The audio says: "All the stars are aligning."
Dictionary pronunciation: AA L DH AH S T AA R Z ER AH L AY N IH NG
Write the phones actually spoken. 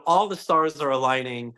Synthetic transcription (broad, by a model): AA L DH AH S T AA R Z ER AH L AY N IH NG